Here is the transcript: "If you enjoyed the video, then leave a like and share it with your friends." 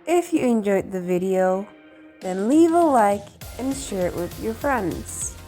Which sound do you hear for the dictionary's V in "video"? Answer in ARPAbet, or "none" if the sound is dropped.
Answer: V